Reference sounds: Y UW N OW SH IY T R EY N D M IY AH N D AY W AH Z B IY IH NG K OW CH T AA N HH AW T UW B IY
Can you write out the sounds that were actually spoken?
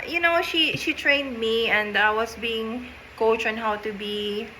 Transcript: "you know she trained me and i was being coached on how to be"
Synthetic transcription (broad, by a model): Y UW N OW SH IY T R EY N D M IY AH N D AY W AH S B IY IH NG K OW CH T AA N HH AW T UW B IY